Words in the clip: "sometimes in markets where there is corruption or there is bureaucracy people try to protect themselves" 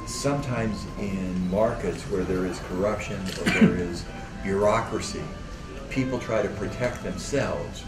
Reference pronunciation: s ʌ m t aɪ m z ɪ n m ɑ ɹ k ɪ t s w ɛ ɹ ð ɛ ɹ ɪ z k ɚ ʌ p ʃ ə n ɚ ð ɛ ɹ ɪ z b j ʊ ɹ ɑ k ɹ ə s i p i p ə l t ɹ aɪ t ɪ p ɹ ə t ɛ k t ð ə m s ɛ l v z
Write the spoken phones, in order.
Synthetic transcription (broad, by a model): s ʌ m t aɪ m z ɪ n m ɑ ɹ k ɪ t s w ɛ ɹ ð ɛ ɹ ɪ z k ɚ ʌ p ʃ ə n ɚ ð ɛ ɹ ɪ z b j ʊ ɹ ɑ k ɹ ə s i p i p l t ɹ aɪ t ɪ p ɹ ə t ɛ k t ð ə m s ɛ l v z